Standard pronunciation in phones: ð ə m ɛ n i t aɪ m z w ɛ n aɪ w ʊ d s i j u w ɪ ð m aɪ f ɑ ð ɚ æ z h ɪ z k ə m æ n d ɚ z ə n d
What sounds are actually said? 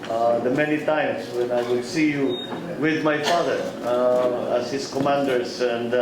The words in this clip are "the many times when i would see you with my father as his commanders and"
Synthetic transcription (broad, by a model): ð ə m ɛ n i t aɪ m s w ɛ n aɪ w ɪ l s i j u w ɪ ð m aɪ f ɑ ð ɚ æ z h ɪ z k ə m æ n d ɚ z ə n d